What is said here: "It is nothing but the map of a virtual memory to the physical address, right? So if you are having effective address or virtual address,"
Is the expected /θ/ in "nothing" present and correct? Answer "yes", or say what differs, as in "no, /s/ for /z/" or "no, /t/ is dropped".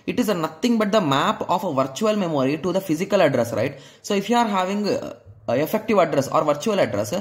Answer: no, /t/ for /θ/